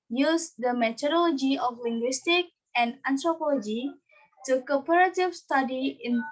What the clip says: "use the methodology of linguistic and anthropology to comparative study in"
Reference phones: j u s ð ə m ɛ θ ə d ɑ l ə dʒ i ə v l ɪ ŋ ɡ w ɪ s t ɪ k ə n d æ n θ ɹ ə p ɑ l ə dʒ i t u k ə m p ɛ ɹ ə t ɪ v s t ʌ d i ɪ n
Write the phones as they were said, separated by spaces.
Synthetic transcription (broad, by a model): j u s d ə m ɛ t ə d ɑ l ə dʒ i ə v l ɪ ŋ ɡ w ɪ s t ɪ k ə n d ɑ n t ɹ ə p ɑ l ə dʒ i t u k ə p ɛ ɹ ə t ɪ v s t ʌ d i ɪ n